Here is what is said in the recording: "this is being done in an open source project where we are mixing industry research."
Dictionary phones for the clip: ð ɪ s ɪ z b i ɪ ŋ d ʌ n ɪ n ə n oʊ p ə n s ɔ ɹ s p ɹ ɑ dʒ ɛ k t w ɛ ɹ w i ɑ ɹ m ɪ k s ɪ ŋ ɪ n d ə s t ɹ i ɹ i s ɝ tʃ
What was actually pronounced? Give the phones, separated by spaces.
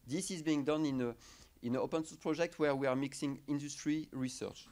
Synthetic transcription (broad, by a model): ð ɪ s ɪ z b i ɪ ŋ d ʌ n ɪ n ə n oʊ p ə n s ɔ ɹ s p ɹ ɑ dʒ ɛ k t w ɛ ɹ w i ɑ ɹ m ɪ k s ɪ ŋ ɪ n d ə s t ɹ i ɹ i s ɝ tʃ